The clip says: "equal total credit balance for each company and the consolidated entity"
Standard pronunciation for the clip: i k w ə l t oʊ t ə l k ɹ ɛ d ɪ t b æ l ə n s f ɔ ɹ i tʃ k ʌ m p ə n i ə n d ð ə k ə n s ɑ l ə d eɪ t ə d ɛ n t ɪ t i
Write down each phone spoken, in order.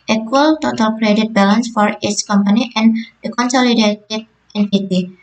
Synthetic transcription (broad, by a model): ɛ k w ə l t oʊ t ə l k ɹ ɛ d ɪ t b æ l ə n s f ɔ ɹ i s k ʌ m p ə n i ə n d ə k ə n s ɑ l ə d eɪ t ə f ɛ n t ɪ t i